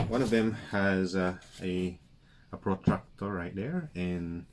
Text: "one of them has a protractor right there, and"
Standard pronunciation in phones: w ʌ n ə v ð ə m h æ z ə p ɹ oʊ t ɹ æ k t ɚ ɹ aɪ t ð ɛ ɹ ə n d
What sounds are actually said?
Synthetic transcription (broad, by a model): w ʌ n ə v ð ə m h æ z ə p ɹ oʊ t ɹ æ k t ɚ ɹ aɪ t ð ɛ ɹ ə n